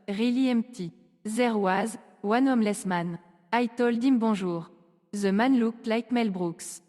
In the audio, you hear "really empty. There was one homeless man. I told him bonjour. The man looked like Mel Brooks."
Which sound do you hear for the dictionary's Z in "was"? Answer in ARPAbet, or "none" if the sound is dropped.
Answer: Z